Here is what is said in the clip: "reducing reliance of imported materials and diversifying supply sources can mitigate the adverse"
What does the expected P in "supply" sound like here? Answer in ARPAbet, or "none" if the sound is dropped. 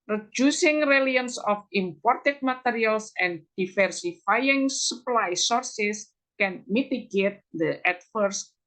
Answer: P